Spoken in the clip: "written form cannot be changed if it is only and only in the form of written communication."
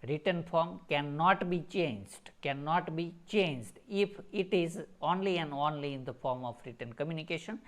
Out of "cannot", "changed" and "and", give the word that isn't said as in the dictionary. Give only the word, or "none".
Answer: none